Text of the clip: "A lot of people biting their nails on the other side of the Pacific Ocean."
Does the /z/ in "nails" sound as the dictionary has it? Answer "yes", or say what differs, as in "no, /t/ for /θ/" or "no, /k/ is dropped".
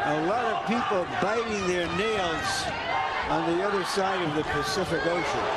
yes